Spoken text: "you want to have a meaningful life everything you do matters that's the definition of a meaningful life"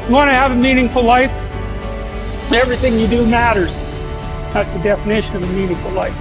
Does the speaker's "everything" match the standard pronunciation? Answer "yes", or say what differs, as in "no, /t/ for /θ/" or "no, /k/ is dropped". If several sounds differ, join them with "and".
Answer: yes